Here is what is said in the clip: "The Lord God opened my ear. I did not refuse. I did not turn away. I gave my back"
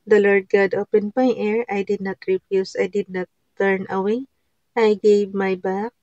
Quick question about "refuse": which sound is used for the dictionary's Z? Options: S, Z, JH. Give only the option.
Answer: S